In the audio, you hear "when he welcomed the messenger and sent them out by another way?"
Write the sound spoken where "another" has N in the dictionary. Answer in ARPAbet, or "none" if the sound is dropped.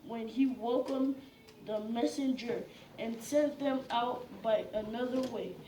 N